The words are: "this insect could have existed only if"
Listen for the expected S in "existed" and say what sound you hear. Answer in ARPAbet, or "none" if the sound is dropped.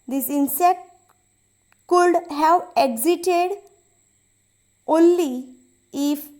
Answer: none